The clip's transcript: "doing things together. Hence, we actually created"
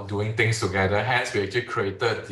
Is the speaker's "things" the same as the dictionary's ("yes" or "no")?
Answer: no